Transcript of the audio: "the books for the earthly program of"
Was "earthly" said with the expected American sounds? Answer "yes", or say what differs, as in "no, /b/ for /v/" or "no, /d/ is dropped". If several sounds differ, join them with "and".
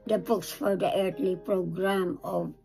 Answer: no, /t/ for /θ/